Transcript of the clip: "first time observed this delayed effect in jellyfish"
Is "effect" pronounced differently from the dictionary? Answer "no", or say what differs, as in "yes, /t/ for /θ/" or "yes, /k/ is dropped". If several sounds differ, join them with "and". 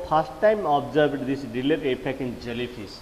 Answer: yes, /p/ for /f/ and /t/ is dropped